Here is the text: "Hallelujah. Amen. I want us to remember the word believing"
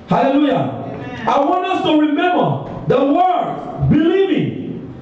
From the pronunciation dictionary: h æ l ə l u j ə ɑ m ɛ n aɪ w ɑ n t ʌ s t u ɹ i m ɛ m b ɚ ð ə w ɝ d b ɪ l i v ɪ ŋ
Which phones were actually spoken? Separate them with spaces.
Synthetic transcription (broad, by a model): h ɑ l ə l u j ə ɑ ɪ w ɑ n t ʌ s t u ɹ i m ɛ m b ɚ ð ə w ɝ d b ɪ l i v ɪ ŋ